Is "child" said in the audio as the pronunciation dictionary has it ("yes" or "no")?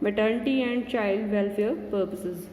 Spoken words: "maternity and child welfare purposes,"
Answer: yes